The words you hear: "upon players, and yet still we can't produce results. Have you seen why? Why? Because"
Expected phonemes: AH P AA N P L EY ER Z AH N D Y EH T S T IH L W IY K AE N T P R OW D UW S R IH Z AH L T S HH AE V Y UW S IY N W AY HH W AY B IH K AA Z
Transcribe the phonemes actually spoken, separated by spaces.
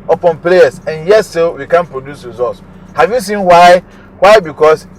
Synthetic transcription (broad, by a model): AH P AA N P L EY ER S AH N Y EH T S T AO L W IY K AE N P R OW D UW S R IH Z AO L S HH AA V Y UW S IY N W AY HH W AY B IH K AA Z